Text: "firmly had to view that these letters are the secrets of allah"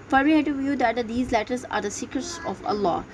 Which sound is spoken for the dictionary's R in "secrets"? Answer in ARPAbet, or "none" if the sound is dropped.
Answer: none